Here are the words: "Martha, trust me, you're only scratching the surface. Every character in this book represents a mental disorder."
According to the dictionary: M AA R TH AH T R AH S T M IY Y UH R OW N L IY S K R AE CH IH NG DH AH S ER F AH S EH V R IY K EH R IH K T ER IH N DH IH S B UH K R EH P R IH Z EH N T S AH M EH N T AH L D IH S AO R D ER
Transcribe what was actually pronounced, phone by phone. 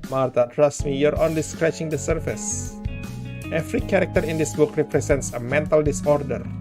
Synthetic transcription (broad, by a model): M AA R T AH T R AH S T M IY Y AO R OW N L IY S K R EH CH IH NG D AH S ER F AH S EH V R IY K EH R IH K T ER IH N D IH S B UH K R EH P R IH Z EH N T S AH M EH N T AH L D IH S AO R D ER